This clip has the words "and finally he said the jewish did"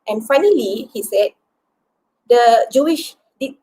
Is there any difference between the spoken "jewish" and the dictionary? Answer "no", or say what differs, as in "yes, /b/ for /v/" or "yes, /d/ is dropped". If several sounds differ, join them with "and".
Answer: no